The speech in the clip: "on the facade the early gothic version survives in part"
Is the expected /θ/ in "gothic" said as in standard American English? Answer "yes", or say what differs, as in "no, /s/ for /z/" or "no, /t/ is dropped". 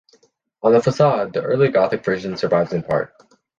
yes